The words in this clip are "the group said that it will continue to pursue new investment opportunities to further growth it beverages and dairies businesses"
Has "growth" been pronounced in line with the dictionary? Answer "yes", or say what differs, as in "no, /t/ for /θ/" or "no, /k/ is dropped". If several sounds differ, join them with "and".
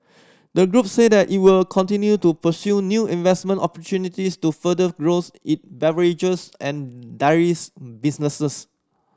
no, /s/ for /θ/